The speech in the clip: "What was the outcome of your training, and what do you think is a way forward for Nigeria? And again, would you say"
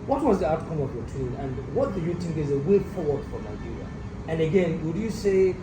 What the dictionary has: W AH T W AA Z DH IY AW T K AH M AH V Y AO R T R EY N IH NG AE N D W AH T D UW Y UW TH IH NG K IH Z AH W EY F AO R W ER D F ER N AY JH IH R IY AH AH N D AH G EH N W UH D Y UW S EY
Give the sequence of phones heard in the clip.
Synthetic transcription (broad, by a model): W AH T W AA Z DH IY AW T K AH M AH V Y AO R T UW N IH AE N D W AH T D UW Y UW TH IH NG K IH Z AH W EY F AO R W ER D F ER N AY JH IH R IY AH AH N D AH G EH N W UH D Y UW S EY